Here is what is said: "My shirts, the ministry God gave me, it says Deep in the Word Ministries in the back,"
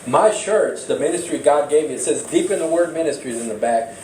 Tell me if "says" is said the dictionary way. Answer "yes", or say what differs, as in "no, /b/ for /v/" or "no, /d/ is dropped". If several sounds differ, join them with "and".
yes